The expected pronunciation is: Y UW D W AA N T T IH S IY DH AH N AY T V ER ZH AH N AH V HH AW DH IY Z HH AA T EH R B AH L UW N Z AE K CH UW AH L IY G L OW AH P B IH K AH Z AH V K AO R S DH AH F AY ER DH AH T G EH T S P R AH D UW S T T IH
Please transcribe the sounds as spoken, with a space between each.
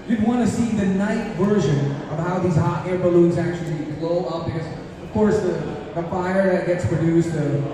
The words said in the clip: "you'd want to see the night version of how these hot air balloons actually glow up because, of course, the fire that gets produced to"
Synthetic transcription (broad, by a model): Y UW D W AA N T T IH S IY DH AH N AY T V ER ZH AH N AH V HH AW DH IY Z HH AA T EH R B AH L UW N Z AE K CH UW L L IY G L OW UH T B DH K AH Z AH V K AO R S DH AH F AY ER DH AH T G EH T S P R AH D UW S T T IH